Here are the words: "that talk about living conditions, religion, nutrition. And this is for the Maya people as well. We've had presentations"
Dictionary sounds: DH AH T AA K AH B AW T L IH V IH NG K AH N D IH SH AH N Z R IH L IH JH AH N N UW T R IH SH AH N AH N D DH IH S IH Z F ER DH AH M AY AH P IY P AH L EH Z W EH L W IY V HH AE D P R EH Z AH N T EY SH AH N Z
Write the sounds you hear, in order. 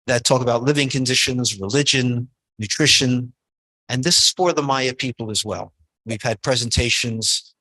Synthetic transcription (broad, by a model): DH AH T AA K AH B AW T L IH V IH NG K AH N D IH SH AH N Z R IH L IH JH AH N N UW T R IH SH AH N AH N DH IH S IH Z F ER DH AH M AY AH P IY P L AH Z W EH L W IY V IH D P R EH Z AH N T EY SH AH N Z